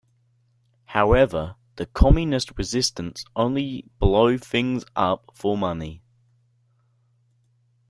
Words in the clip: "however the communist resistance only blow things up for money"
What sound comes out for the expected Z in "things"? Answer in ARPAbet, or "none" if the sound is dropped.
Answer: Z